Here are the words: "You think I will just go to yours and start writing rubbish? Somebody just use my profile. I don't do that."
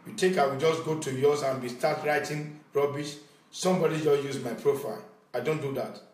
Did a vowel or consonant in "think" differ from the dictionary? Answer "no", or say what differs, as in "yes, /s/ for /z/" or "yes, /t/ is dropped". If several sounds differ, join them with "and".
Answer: yes, /t/ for /θ/